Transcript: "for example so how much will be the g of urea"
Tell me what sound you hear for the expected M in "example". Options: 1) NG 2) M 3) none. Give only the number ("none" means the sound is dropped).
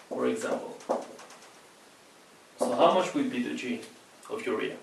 2